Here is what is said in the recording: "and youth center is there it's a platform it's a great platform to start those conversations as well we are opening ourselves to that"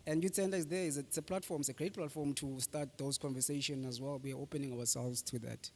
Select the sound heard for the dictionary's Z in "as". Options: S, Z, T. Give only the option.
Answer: Z